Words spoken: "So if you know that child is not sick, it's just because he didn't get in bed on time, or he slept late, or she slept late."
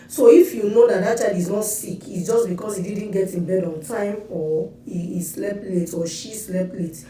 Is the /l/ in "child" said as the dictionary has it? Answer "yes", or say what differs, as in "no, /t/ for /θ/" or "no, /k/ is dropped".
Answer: no, /l/ is dropped